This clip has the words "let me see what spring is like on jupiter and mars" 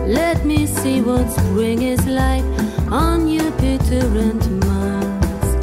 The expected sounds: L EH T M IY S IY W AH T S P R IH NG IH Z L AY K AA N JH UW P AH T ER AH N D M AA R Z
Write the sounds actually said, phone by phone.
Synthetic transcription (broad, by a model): L EH T M IY S IY W AH T S B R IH NG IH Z L AY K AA N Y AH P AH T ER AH N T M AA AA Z